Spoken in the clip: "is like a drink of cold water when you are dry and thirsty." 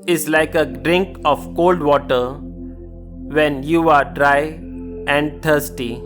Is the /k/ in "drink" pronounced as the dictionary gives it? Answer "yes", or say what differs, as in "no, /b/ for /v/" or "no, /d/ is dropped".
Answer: yes